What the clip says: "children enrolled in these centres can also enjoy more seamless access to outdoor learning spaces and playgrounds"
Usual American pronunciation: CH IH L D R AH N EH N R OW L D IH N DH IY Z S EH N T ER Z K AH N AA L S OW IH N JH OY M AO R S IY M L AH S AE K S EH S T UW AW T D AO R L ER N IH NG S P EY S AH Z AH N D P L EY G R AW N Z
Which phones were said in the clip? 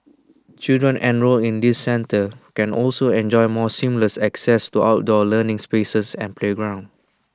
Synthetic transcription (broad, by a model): CH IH L D R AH N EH N R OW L IH N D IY S EH N T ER K AH N AA L S OW IH N JH OY M AO S IY M L AH S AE K S EH S T UW AW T D AO L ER N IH NG S P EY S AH S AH N P L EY G R AW N